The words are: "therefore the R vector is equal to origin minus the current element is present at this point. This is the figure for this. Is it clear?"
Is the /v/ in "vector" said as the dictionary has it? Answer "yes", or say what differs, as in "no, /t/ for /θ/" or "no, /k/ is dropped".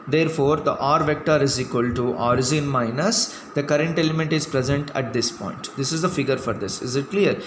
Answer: yes